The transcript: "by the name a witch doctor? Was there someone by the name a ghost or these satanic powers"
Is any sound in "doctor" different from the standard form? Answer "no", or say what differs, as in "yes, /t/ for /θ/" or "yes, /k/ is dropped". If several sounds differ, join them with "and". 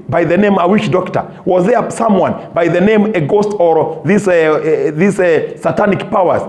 no